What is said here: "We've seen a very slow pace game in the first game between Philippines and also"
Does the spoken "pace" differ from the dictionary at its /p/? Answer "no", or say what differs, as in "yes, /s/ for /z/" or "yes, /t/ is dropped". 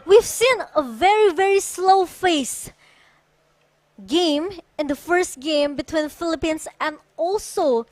yes, /f/ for /p/